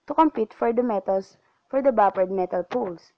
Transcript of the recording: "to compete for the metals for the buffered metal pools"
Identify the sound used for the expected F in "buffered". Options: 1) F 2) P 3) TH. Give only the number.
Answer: 2